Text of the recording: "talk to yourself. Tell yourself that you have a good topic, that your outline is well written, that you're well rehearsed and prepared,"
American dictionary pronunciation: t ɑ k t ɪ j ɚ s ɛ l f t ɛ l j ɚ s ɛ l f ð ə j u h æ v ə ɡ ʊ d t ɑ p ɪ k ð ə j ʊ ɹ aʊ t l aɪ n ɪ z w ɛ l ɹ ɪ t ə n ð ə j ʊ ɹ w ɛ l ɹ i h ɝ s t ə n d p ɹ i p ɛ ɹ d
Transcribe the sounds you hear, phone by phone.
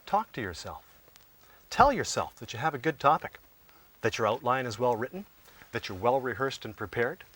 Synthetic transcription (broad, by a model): t ɑ k t ɪ j ɚ s ɛ l f t ɛ l j ɚ s ɛ l f ð ə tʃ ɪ v ə ɡ ʊ d t ɑ p ɪ k ð ə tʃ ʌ ɹ aʊ t l aɪ n ɪ z w ɛ l ɹ ɪ t n ð ə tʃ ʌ ɹ w ɛ l ɹ i h ɝ s t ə n p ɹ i p ɛ ɹ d